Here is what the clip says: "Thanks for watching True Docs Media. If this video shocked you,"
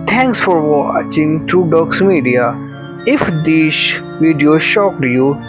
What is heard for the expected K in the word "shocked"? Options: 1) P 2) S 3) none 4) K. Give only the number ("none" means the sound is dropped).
4